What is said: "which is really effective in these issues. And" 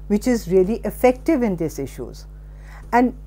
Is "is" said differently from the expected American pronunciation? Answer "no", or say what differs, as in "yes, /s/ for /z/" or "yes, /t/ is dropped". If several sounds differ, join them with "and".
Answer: no